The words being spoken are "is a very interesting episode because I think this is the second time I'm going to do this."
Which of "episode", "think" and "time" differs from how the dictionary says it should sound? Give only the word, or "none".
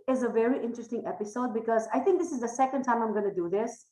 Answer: think